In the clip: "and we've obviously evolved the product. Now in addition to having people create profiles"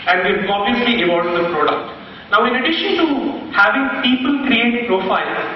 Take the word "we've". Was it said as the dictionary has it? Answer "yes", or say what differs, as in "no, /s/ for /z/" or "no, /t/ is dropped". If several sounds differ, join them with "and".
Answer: no, /v/ is dropped